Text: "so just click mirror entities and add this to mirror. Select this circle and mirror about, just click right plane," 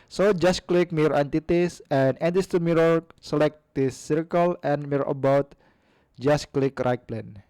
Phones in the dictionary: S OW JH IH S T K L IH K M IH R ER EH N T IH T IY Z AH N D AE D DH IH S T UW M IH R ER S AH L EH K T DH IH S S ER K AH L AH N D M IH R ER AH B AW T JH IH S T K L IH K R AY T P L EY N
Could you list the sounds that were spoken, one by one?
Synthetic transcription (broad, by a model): S OW JH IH S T K L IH K M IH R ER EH N T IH T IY S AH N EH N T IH S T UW M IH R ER S AH L EH K T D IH S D K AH L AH N M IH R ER AH B AW T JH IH S K L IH K R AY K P L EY N